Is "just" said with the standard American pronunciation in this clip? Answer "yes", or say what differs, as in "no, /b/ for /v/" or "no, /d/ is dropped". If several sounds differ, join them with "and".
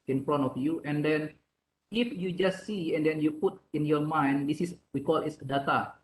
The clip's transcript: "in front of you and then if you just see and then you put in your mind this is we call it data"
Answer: yes